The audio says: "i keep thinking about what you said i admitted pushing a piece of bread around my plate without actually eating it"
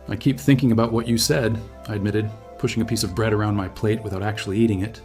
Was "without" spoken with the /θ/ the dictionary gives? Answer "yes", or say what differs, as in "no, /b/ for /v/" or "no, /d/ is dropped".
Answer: yes